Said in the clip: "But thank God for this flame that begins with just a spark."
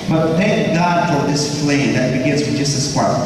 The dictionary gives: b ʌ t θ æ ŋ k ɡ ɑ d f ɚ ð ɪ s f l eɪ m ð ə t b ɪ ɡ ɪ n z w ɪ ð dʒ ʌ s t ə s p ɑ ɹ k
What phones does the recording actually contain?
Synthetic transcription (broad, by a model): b ʌ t θ æ ŋ k ɡ ɑ d f ɚ ð ɪ s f l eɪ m ð ə t b ɪ ɡ ɪ n z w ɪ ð dʒ ʌ s t ə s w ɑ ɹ